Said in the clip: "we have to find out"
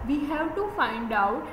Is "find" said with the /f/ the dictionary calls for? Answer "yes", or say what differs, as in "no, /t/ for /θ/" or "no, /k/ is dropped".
yes